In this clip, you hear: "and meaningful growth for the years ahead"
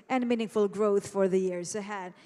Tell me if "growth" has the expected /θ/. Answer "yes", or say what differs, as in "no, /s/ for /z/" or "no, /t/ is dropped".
yes